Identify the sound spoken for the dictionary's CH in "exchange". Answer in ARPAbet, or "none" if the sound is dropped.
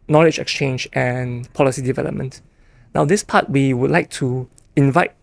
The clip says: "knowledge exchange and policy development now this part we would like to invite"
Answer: CH